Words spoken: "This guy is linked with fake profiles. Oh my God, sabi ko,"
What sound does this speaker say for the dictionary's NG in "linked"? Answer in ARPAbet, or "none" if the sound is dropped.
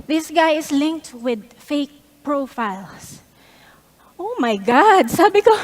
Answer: NG